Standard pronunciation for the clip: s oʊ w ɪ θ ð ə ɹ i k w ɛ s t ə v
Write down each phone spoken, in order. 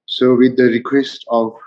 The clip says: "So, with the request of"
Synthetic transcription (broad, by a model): s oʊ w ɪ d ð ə ɹ i k w ɛ s t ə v